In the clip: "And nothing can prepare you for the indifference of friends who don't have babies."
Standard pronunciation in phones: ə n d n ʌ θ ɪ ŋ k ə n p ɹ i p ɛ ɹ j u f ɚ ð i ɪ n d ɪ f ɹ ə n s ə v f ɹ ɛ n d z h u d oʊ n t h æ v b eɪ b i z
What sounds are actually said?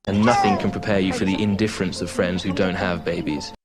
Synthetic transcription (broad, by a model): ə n n ʌ θ ɪ ŋ k ə n p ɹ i p ɛ j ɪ f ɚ ð i ɪ n d ɪ f ɹ ə n s ə v f ɹ ɛ n d z h u d oʊ n t h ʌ v b eɪ b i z